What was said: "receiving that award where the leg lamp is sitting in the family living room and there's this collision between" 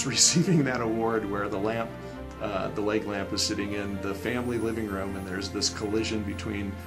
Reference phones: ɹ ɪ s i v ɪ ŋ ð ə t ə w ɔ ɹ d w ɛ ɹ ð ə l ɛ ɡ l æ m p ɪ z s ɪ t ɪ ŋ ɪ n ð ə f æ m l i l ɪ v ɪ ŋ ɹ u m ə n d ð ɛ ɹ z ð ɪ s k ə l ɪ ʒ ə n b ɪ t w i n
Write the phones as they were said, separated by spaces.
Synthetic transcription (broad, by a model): ɹ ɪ s i v ɪ ŋ ð ə t ə w ɔ ɹ d w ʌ ɹ ð ə l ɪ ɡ l æ m p ɪ z s ɪ t ɪ ŋ ɪ n ð ə f æ m l i l ɪ v ɪ ŋ ɹ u m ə n ð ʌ ɹ z ð ɪ s k ə l ɪ ʒ ə n b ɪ t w i n